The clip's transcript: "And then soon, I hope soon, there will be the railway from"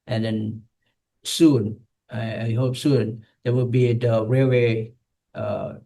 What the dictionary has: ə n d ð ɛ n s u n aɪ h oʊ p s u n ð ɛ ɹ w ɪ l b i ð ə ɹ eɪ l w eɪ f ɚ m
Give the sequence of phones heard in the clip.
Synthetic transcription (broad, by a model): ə n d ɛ n s u n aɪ h oʊ p s u n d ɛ w ɪ l b i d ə ɹ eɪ w eɪ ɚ